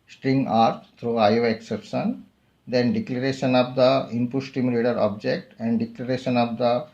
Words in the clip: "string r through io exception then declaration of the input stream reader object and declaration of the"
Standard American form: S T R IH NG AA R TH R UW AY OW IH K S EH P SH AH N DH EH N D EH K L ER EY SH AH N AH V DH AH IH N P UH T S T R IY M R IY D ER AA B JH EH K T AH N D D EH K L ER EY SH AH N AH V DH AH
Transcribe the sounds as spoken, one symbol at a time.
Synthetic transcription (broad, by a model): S T R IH NG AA R T R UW AY OW IH K S EH P SH AH N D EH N D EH K L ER EY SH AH N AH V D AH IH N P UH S T IY M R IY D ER AA B JH EH K T AH N D D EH K L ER EY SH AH N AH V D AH